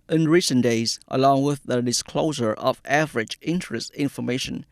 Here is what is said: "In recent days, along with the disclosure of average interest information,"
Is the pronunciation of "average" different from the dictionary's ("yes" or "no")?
no